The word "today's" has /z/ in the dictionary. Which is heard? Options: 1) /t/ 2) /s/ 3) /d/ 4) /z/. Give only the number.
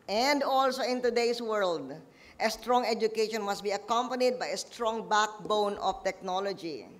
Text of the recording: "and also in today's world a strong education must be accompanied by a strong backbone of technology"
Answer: 2